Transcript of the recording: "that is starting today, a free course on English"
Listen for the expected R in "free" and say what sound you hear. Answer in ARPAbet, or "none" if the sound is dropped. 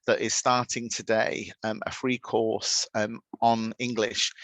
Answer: R